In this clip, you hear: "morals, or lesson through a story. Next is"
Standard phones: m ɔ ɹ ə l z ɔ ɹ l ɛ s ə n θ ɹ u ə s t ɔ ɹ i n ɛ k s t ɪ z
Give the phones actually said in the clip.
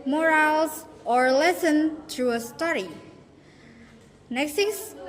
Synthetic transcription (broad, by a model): m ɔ ɹ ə l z ɔ ɹ l ɛ s ə n t ɹ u ə s t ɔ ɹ i n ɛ k s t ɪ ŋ